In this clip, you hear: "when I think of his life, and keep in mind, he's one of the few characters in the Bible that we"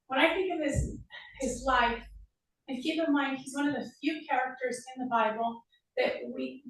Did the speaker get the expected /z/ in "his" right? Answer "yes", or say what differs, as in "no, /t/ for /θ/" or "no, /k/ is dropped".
yes